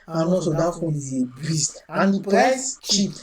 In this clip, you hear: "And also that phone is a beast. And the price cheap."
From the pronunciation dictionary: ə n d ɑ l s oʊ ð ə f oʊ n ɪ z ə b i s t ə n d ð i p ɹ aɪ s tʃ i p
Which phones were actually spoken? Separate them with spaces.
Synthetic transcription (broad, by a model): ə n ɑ s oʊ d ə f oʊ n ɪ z ə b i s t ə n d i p aɪ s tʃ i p